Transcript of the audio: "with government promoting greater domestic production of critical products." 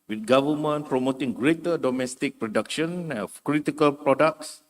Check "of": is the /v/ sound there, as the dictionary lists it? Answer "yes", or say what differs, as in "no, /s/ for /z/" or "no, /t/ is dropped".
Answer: no, /f/ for /v/